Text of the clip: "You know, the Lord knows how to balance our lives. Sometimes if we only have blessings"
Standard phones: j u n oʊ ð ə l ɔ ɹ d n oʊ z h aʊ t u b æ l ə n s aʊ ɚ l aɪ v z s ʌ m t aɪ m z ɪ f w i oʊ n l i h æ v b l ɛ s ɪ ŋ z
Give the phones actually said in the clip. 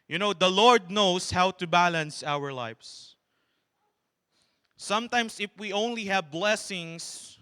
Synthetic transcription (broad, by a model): j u n oʊ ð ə l ɔ ɹ d n oʊ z h aʊ t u b æ l ə n s aʊ ɚ l aɪ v s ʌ m t aɪ m s ɪ f w i oʊ n l i h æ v b l ɛ s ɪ ŋ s